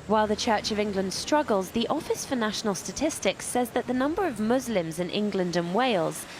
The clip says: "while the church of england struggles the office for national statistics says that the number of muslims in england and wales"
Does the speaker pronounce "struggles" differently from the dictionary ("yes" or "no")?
no